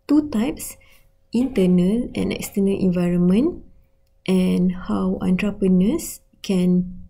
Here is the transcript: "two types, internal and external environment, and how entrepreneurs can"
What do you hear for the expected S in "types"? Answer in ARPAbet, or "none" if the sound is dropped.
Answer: S